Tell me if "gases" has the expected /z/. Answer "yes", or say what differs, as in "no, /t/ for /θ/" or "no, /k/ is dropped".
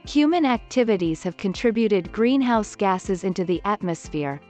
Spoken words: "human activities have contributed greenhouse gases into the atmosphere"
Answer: yes